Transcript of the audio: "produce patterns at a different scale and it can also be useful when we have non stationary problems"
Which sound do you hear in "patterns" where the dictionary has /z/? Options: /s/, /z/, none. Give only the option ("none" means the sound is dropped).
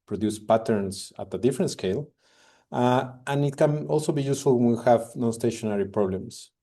/s/